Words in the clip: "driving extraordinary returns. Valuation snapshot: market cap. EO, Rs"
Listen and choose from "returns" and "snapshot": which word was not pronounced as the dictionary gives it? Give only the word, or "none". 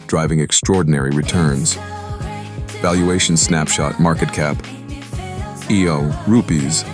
none